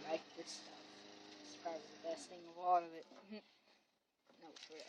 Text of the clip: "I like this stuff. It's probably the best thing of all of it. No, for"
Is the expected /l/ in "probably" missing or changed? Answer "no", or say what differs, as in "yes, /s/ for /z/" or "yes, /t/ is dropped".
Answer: yes, /l/ is dropped